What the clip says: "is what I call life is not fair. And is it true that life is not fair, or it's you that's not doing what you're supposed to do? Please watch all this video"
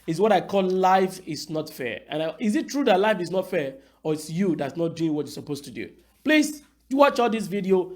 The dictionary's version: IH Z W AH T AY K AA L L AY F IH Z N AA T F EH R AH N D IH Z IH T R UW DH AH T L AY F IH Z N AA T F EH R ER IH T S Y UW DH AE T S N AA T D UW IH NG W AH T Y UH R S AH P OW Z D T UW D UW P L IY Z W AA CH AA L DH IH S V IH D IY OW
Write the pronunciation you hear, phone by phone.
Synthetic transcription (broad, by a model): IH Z W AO T AY K AA L L AY F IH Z N AA T F EH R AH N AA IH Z IH T R UW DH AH T L AY F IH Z N AA T F EH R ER IH T S Y UW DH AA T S N AA T D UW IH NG W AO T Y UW S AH P OW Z T UW D UW P L IY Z W AA CH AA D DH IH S V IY D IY OW